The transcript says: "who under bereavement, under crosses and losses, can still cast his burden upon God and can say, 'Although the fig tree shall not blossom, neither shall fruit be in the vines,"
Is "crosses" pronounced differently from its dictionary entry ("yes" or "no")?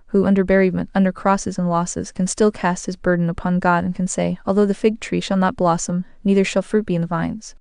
no